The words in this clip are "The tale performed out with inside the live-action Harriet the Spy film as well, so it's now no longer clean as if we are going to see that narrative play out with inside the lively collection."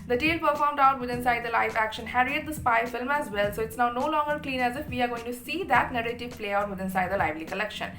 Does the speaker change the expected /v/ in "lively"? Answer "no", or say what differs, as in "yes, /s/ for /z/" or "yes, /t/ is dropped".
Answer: no